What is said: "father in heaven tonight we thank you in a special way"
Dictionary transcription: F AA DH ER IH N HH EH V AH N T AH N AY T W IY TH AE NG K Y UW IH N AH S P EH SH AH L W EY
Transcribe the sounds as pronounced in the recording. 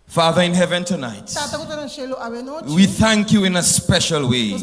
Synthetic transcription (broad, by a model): F AA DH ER IH N HH EH V AH N T AH N AY T W IY TH AE NG K Y UW IH N AH S P EH SH AH L W EY